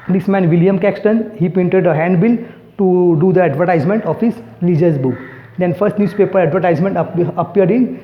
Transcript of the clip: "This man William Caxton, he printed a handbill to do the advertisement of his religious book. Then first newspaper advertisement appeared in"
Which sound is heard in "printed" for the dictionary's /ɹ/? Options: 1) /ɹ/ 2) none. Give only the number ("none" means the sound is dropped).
2